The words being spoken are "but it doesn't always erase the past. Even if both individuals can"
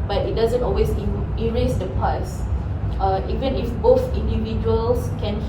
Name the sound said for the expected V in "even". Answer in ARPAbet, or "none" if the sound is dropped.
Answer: V